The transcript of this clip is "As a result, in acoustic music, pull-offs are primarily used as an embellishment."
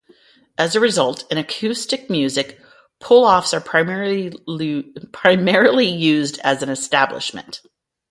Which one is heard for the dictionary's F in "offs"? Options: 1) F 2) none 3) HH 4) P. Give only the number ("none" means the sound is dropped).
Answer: 1